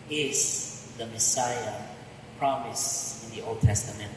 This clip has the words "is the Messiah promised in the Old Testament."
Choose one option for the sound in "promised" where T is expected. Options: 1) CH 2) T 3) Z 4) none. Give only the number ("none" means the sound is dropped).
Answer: 4